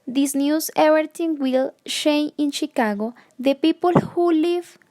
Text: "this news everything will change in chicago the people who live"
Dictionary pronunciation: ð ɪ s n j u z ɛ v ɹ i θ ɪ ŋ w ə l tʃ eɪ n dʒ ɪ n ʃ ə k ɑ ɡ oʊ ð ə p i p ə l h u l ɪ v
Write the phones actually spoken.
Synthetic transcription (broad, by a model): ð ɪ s n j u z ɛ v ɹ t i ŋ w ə l ʃ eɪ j ɪ n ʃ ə k ɑ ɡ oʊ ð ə p i p ə l h u l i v